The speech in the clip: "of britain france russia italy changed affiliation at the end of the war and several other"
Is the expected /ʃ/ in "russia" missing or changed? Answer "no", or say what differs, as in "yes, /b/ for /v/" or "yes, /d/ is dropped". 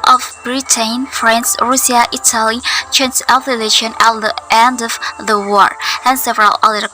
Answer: yes, /s/ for /ʃ/